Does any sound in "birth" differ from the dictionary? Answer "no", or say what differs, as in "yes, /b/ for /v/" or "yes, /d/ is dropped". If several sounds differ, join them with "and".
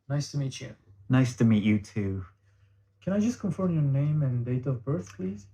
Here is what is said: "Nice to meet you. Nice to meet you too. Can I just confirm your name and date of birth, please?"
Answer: no